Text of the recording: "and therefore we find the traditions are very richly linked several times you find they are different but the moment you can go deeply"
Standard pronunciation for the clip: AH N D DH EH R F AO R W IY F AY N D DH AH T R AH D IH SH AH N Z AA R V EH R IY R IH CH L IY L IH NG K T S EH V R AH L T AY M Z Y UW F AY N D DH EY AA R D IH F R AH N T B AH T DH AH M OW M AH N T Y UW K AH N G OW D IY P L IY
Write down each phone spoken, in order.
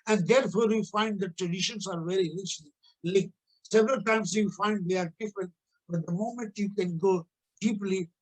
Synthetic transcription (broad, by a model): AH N D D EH R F AO R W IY F AY N D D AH T R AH D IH SH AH N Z AA R V EH R IY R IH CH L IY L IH K S EH V R AH L T AY M S Y UW F AY N D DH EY AA R D IH F R AH N T B AH T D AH M OW M AH N T Y UW K AH N G OW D IY P L IY